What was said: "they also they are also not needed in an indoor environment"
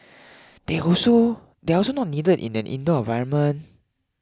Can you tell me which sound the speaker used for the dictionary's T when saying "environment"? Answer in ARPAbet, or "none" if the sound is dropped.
none